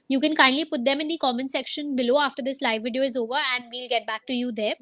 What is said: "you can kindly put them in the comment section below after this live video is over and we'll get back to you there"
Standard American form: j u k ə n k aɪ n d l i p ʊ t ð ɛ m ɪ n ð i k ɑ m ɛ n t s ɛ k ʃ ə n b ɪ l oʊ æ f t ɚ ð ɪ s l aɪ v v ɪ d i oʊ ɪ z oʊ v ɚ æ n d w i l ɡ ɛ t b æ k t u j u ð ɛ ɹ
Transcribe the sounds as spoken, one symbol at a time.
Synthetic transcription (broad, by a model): j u k ə n k aɪ n d l i p ʊ t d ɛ m ɪ n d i k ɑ m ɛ n s ɛ k ʃ ə n b ɪ l oʊ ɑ f t ɚ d ɪ s l aɪ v v ɪ d i oʊ ɪ z oʊ v ɚ æ n d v i l ɡ ɛ t b æ k t u j u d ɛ ɹ